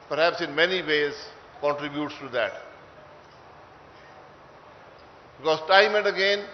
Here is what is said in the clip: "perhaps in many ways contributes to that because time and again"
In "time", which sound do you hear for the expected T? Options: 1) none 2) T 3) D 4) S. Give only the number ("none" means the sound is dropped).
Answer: 2